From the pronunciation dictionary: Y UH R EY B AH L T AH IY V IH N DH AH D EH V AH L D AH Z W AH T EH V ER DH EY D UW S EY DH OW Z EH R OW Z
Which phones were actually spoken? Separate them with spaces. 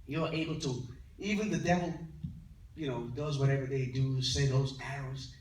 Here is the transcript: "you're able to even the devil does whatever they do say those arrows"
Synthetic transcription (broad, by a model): Y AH R EY B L T AH IY V IH N DH AH D EH V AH N D AH Z W AH T EH V ER DH EY D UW S EY DH OW Z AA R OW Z